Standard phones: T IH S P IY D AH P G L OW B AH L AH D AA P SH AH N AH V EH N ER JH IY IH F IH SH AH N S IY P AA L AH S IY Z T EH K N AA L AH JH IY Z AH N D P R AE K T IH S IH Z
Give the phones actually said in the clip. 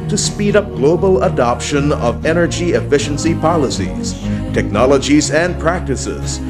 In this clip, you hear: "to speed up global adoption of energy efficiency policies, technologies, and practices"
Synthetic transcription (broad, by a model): T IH S P IY D AH P G L OW B AH L AH D AA P SH AH N AH V EH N ER JH IY IH F IH SH AH N S IY P AA L AH S IY Z T EH K N AA L AH JH IY Z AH N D P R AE K T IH S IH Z